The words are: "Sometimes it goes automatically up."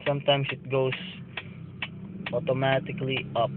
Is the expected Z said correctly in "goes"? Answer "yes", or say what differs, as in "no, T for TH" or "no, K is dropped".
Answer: no, S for Z